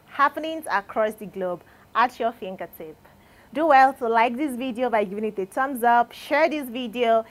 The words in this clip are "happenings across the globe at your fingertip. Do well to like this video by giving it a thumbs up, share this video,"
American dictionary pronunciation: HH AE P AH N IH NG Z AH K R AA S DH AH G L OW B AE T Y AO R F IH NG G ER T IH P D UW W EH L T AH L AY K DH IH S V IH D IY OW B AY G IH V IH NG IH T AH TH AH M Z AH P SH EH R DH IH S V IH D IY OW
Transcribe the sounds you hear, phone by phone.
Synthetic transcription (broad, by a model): HH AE P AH N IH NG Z AH K R AA S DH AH G L OW B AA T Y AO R F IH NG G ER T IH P D UW W EH L T AH L AY K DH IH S V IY D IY OW B AY G IH V IH NG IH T AH T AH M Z AH P SH EH R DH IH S V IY D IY OW